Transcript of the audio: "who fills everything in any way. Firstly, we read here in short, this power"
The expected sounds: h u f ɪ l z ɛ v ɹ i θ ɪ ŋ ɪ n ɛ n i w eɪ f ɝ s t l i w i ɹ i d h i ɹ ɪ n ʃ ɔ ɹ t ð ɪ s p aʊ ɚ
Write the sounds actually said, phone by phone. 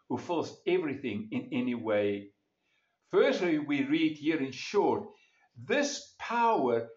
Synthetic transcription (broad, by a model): h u f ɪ l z ɛ v ɹ i θ ɪ ŋ ɪ n ɛ n i w eɪ f ɝ s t l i w i ɹ i d h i ɹ ɪ n ʃ ɔ ɹ t ð ɪ s p aʊ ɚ